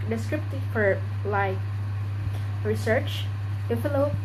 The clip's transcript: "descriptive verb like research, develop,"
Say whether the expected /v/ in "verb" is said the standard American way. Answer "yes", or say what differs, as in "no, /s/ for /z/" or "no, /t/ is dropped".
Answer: no, /p/ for /v/